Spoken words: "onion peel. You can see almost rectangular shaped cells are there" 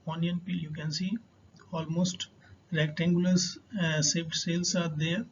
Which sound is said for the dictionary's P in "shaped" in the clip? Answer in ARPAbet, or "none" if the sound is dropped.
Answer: none